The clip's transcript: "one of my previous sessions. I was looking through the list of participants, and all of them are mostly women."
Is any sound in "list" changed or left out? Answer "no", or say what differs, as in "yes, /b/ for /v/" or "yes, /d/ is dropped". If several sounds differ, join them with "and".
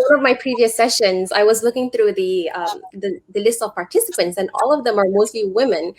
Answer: no